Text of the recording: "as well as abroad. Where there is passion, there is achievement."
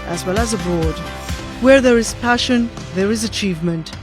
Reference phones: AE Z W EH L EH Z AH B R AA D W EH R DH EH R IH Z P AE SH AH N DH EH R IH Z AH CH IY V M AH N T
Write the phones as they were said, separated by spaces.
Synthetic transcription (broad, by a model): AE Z W EH L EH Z AH B R AA D W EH R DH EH R IH Z P AE SH AH N DH EH R IH Z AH CH IY V M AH N T